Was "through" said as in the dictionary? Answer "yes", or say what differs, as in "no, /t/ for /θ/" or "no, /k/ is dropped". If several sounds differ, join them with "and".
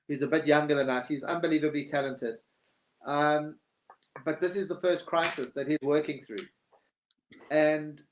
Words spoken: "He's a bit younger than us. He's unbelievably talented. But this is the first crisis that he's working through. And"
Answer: yes